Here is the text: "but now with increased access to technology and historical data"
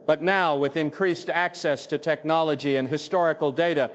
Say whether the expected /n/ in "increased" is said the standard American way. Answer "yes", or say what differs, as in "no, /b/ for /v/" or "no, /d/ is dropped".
yes